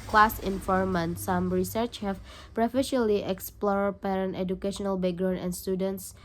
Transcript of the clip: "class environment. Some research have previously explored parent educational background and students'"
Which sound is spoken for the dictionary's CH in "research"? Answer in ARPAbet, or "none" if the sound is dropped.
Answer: CH